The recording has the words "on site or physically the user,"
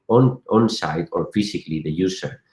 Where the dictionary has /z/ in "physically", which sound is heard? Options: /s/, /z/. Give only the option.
/s/